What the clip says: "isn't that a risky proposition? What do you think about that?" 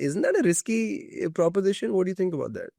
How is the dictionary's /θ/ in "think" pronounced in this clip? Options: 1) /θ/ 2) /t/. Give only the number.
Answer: 2